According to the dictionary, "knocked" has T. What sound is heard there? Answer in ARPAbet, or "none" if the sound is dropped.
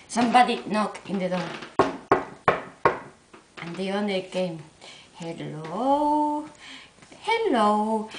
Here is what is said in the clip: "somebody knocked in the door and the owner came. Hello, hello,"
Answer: none